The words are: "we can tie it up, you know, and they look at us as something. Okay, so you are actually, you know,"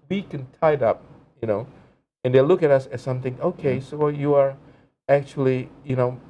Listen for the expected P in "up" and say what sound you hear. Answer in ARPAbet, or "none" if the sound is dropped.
P